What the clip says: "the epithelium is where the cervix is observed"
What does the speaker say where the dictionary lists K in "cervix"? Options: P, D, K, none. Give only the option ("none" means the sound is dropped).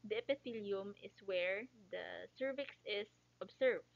K